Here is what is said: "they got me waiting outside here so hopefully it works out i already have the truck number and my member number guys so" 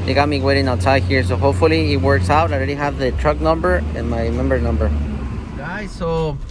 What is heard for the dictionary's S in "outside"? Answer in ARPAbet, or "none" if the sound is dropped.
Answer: none